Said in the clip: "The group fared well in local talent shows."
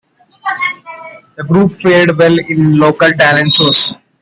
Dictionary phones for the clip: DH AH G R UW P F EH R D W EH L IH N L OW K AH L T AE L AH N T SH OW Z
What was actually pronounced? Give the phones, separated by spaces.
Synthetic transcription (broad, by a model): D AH G R UW P F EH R D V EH L IH N L OW K AH L T AE L AH N T S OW S